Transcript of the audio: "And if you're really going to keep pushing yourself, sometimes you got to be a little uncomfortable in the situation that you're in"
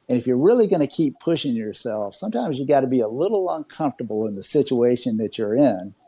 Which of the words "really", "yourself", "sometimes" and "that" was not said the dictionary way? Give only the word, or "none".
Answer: none